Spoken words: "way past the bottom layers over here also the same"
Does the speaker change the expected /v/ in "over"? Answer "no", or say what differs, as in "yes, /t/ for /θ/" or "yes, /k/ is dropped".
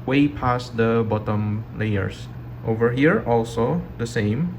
no